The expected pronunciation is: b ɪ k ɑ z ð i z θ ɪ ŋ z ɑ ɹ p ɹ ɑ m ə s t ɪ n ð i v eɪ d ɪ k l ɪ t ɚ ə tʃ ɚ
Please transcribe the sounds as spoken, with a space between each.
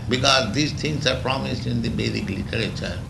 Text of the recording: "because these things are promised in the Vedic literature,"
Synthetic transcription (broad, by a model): b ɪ k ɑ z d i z t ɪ ŋ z ɑ ɹ p ɹ ɑ m ə s t ɪ n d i b eɪ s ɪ k l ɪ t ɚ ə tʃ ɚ